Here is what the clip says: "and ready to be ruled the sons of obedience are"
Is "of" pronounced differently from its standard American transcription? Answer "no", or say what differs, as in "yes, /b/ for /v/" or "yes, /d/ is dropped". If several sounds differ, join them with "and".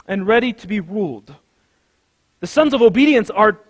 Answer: no